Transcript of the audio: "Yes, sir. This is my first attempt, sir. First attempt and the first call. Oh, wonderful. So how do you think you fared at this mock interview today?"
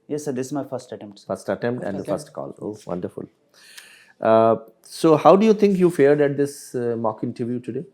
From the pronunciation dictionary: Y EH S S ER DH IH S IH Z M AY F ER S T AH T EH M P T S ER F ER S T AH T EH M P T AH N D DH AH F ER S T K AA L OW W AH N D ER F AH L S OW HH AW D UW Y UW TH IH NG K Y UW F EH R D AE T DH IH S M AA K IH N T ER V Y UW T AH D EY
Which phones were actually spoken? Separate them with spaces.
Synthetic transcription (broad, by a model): Y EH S S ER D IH S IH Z M AY F ER S T AH T EH M P T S F ER S T AH T EH M P T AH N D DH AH F ER S T K AA L OW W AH N D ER F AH L S OW HH AW D UW Y UW T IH NG K Y UW F EH R D AE T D IH S M AA K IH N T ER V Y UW T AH D EY